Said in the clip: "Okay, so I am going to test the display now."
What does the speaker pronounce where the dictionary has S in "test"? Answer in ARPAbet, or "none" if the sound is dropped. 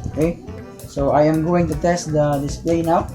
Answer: S